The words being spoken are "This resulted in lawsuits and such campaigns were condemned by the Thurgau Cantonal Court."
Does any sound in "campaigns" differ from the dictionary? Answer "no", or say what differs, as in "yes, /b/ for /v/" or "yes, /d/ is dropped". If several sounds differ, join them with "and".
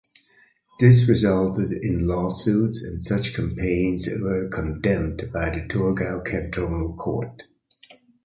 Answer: no